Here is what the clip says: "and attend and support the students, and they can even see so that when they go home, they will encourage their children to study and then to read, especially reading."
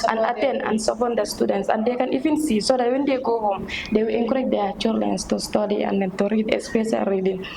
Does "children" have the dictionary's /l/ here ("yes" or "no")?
no